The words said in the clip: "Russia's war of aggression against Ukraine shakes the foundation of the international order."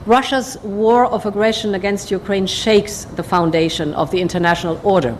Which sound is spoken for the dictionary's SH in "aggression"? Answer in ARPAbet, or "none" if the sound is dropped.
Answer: SH